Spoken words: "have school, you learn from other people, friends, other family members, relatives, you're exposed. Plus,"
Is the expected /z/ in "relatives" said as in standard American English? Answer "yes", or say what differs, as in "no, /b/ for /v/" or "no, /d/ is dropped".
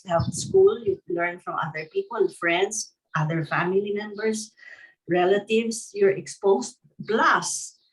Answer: no, /s/ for /z/